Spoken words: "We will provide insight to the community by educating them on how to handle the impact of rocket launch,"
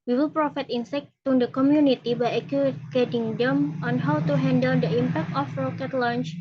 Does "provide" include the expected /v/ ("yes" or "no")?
no